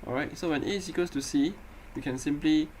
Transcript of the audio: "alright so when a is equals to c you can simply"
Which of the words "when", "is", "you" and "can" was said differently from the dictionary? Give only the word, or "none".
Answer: is